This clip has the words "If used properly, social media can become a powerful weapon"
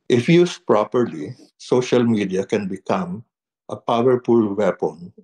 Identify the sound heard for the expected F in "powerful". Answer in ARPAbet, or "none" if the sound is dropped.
P